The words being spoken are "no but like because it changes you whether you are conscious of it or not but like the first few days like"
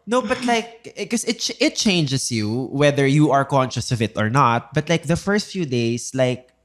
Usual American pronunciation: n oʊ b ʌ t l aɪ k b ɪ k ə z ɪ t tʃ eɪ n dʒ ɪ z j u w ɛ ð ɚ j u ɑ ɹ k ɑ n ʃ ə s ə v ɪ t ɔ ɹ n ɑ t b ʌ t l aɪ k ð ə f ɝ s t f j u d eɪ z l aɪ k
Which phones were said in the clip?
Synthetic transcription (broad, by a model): n oʊ b ʌ t l aɪ k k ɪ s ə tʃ ɪ t tʃ eɪ n dʒ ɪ s j u w ɛ ð ɚ j u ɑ ɹ k ɑ n ʃ ə s ə v ɪ t ɔ ɹ n ɑ t b ʌ t l aɪ k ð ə f ɝ s t f j u d eɪ s l aɪ k